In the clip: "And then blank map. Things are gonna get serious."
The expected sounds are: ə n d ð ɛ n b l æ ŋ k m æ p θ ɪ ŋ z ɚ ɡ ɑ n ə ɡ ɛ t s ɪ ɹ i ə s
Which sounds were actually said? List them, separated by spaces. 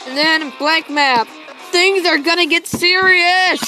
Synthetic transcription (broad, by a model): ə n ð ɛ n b l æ k m æ p θ ɪ ŋ z ɚ ɡ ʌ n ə ɡ ɛ t s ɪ ɹ i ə s